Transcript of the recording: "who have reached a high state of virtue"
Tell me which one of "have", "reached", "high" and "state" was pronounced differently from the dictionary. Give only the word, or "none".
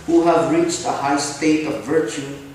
none